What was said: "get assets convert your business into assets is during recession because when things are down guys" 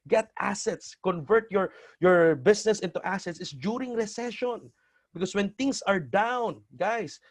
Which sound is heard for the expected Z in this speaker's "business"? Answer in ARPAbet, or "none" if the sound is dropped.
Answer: S